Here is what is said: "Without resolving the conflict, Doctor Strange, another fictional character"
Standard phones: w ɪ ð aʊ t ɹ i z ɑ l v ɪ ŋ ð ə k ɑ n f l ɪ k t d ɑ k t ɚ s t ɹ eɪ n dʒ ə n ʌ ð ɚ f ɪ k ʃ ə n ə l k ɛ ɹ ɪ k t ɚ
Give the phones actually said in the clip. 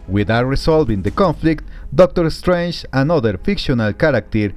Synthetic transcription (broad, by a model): w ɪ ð aʊ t ɹ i s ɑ l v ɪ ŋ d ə k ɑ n f l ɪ k t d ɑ k t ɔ s t ɹ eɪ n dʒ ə n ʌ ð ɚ f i k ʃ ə n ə l k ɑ ɹ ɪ k t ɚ